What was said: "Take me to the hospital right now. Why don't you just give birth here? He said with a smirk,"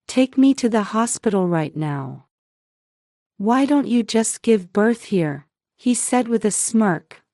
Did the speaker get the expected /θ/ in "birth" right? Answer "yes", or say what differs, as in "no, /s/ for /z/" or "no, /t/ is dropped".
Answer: yes